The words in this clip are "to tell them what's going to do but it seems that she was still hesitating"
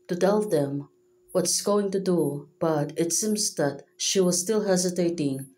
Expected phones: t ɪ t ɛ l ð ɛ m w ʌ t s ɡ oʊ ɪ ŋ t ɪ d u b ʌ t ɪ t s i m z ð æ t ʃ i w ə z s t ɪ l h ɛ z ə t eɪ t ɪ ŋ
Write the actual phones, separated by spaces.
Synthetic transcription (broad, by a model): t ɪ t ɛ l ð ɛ m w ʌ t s ɡ oʊ ɪ ŋ t ɪ d u b ʌ t ɪ t s i m z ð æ t ʃ i w ə z s t ɪ l h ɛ z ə t eɪ t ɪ ŋ